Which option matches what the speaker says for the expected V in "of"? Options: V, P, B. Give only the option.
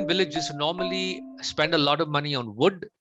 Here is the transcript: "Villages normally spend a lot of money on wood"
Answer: V